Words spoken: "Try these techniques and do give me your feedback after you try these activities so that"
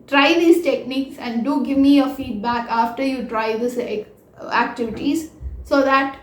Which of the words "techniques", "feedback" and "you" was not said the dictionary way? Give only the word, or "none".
none